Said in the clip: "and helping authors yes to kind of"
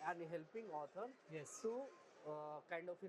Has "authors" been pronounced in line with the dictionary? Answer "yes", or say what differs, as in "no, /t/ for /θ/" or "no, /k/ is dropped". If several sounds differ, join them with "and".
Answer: no, /t/ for /θ/ and /z/ is dropped